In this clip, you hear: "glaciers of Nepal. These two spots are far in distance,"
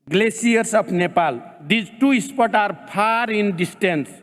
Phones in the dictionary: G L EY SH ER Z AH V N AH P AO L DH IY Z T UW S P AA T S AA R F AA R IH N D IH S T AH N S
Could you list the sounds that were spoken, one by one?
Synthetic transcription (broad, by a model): G L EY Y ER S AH P N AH P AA L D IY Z T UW S P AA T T AA R P AA R IH N D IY S T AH N S